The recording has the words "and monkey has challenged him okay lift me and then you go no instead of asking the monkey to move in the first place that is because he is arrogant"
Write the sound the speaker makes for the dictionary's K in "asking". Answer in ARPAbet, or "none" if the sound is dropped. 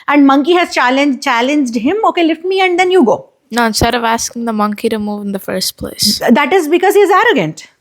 K